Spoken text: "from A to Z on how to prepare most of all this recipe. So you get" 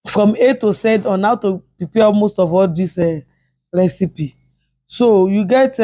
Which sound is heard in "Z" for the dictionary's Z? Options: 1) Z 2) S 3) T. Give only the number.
2